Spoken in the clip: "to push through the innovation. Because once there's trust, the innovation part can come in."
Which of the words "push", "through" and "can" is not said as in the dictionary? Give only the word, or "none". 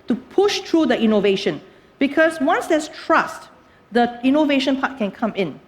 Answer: through